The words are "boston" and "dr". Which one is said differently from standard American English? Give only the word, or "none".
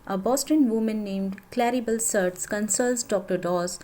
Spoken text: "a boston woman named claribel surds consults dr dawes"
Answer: none